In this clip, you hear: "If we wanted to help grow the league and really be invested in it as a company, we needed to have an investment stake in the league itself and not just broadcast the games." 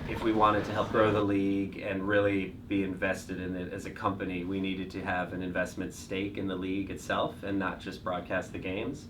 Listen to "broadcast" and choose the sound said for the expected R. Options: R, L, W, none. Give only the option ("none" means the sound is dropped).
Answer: R